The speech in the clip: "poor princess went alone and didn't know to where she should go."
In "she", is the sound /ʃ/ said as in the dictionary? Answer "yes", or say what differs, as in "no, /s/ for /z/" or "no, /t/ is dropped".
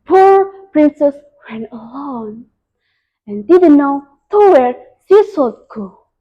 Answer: no, /s/ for /ʃ/